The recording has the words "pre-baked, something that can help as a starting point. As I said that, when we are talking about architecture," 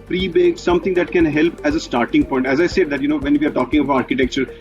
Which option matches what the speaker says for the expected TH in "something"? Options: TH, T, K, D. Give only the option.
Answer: T